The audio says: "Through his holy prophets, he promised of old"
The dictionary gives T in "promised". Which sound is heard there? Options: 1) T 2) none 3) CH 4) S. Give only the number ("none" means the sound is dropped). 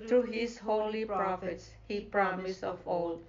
2